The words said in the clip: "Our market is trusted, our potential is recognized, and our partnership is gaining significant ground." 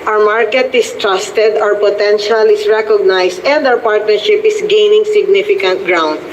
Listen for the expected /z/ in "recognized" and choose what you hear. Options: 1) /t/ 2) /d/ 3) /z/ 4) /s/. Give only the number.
4